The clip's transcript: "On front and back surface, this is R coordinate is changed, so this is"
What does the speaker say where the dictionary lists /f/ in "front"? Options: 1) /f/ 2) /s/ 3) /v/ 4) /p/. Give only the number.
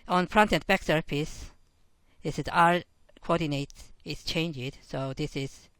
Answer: 4